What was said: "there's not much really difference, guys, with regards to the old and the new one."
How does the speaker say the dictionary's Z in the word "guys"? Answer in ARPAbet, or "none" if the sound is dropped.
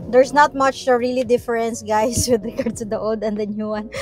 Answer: S